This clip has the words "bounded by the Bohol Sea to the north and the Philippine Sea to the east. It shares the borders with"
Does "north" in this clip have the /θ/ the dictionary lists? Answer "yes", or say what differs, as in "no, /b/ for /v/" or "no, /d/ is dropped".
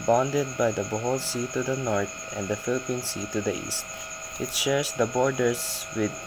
no, /t/ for /θ/